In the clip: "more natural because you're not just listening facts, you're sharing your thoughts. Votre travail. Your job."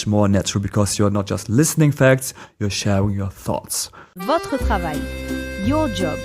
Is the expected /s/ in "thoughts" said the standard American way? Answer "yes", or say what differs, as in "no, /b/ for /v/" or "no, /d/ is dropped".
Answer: yes